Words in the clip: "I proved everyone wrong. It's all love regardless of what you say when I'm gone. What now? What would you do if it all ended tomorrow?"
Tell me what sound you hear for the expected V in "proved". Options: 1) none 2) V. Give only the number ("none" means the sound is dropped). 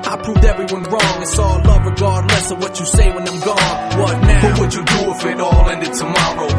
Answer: 2